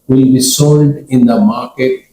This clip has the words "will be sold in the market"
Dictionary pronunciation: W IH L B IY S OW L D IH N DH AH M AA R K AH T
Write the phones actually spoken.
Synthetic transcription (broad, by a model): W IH L B IY S OW L D IH N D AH M AA R K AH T